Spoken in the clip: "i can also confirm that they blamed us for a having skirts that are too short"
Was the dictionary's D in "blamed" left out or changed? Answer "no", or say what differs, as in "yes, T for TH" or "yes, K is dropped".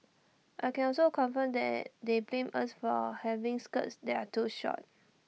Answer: yes, D is dropped